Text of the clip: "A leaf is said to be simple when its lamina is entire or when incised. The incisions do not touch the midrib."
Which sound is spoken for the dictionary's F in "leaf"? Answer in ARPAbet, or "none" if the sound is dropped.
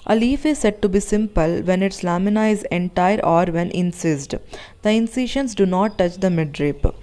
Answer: F